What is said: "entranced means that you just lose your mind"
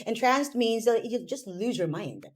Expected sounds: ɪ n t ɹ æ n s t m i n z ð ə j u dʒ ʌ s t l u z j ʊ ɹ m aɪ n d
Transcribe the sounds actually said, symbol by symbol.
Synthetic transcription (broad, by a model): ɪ n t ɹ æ n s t m i n z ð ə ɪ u dʒ ʌ s t l u z j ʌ ɹ m aɪ n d